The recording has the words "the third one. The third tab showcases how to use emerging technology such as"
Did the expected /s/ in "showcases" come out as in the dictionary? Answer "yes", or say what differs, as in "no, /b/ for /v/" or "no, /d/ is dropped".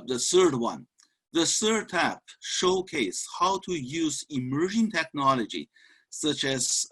no, /s/ is dropped